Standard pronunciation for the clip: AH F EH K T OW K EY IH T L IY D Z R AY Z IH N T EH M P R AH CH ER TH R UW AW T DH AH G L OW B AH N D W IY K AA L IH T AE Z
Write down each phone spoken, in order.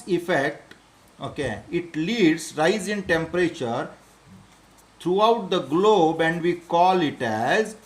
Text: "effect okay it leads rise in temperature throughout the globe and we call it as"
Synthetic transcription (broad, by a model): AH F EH K T OW K EY IH T L IY D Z R AY Z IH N T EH M P R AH CH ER T R UW AW T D AH G L OW B AH N D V IY K AA L IH T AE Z